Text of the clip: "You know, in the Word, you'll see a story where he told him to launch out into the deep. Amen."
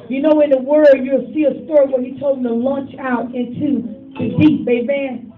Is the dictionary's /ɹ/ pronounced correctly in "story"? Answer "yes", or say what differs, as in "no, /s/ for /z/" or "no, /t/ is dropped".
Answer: yes